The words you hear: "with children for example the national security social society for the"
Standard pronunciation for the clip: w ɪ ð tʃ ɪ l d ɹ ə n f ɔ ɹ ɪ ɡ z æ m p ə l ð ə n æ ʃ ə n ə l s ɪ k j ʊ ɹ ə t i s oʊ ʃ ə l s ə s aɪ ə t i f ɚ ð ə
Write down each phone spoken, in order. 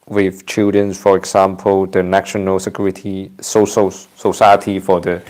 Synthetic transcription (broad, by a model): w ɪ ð tʃ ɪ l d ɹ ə n f ɔ ɹ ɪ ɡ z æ m p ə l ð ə n æ ʃ ə n ə l s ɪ k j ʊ ɹ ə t i s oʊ s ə s ə s aɪ ə t i f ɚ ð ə